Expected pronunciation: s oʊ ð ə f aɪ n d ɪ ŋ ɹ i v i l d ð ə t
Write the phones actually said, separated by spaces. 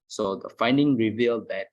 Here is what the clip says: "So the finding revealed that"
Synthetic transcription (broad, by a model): s oʊ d ə f aɪ n d ɪ ŋ ɹ i v i l d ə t